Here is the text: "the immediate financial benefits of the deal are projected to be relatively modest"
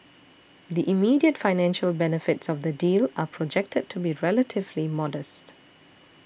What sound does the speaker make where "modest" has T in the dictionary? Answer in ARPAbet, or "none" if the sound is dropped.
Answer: T